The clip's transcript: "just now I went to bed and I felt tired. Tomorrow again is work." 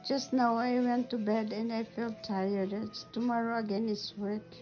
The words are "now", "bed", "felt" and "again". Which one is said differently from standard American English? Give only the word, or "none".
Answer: none